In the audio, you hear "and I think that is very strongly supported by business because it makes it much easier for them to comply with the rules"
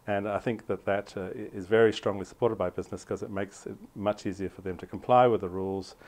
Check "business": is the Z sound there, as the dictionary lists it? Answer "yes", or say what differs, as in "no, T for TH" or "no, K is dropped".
yes